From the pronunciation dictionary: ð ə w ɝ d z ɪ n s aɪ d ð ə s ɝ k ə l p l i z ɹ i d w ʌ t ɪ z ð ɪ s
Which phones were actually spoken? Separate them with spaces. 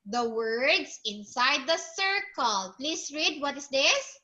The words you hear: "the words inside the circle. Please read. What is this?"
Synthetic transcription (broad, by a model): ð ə w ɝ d s ɪ n s aɪ d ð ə s ɝ k ə l p l i s ɹ i d w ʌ t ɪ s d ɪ s